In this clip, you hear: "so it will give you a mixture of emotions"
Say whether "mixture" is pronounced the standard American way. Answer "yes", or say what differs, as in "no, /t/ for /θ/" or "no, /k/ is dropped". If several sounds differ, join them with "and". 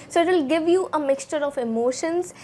yes